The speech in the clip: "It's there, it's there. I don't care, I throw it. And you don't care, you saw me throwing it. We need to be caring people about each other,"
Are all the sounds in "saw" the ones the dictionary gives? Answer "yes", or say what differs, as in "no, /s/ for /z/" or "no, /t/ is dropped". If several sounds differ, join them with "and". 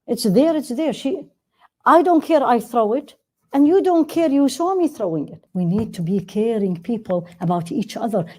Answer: no, /ʃ/ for /s/